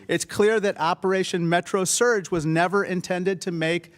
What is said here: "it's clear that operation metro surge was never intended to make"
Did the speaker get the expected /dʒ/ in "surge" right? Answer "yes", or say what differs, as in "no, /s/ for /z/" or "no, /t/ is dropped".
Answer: yes